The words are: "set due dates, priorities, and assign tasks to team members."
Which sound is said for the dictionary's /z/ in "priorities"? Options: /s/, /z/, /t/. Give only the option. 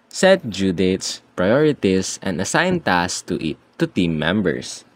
/s/